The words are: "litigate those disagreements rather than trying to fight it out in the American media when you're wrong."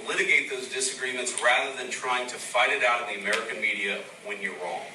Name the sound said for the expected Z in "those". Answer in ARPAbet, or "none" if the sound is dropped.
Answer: Z